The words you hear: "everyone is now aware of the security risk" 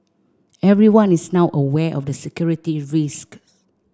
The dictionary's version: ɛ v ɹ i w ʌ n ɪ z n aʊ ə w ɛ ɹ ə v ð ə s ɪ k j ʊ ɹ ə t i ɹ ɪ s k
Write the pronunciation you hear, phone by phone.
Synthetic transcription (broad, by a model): ɛ v ɹ i w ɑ n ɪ s n aʊ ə w ɛ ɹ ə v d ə s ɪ k j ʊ ɹ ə t i ɹ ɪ s k